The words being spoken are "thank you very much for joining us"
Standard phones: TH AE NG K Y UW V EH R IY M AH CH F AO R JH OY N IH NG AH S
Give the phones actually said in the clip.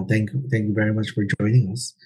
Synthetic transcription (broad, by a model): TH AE NG K Y UW V EH R IY M AH CH F AO R JH OY N IH NG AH S